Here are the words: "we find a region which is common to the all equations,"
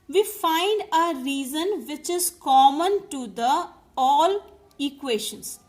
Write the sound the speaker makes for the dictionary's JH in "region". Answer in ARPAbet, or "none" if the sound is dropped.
Z